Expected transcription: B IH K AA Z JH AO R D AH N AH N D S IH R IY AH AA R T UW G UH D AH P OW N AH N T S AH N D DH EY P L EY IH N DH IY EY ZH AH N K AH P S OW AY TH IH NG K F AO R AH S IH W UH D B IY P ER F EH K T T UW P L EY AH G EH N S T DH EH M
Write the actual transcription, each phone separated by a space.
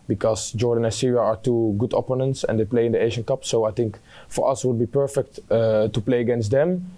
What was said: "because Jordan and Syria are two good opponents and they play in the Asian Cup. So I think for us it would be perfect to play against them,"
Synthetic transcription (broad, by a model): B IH K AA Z JH AO R D AH N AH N S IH R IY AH AA R T UW G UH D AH P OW N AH N T S AH N D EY P L EY IH N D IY EY ZH AH N K AH P S OW AY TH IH NG K F AO R AH S W UH D B IY P ER F EH K T T UW P L EY AH G EH N S T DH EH M